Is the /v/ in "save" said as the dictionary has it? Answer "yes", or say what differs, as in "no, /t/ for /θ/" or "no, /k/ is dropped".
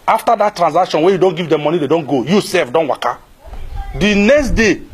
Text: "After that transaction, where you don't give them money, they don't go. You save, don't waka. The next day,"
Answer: no, /f/ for /v/